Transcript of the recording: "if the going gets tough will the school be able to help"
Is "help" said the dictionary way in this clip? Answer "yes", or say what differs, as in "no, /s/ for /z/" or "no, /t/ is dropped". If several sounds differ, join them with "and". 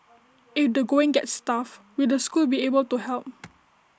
yes